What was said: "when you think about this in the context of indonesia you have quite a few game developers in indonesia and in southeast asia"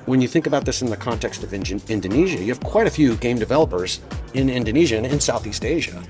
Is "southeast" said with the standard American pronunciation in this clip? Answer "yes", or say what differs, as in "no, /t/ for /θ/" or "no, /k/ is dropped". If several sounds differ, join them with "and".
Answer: yes